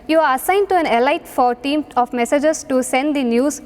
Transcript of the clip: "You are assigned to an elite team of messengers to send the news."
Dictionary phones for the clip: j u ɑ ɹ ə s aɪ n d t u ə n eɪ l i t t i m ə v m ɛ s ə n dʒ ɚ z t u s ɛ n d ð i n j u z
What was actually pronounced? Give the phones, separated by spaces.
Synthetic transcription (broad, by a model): j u ɑ ɹ ə s aɪ n d t u ə n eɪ l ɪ t t i m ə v m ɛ s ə dʒ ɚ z t u s ɛ n d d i n j u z